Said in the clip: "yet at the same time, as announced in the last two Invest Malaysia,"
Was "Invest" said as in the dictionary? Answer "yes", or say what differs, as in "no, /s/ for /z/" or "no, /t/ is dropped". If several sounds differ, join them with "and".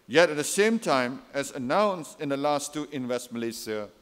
no, /w/ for /v/